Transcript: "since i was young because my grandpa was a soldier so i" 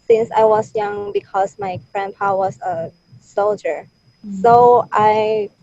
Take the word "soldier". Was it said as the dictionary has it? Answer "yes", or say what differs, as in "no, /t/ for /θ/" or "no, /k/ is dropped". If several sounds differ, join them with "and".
yes